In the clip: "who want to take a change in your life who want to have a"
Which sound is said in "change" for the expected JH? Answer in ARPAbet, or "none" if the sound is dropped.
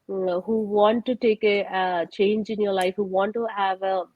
JH